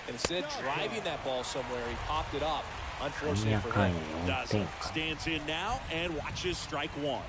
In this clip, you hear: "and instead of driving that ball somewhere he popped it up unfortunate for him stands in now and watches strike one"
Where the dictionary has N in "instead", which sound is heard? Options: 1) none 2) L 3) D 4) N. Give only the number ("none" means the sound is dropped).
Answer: 1